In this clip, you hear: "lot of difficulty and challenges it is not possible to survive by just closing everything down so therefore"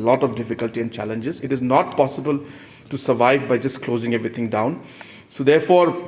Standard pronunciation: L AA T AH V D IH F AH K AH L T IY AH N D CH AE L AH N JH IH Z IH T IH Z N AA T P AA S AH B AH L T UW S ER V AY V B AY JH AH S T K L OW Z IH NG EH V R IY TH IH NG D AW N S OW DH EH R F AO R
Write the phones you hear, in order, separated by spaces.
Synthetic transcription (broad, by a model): L AA T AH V D IH F AH K AH L T IY AH N D CH AE L AH N JH IH Z IH T IH Z N AA T P AA S AH B AH L T UW S ER V AY V B AY JH AH S T K L OW Z IH NG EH V R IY T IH NG D AW N S OW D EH R F AO R